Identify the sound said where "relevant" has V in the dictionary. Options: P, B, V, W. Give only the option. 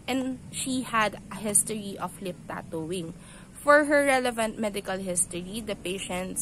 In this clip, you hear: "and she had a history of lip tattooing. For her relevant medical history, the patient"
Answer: V